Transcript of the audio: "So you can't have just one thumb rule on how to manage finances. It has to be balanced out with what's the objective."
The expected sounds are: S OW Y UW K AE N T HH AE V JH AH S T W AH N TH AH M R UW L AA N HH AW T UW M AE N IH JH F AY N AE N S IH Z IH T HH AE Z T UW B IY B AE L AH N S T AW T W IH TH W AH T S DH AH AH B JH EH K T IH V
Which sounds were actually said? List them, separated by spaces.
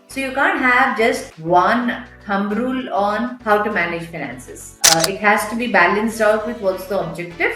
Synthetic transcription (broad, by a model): S OW Y UW K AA N T HH AE V JH AH S T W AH N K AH M R UW L AA N HH AW T UW M AE N IH JH F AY N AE N S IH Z IH T HH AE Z T UW B IY B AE L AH N S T AW T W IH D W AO T S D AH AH B JH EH K T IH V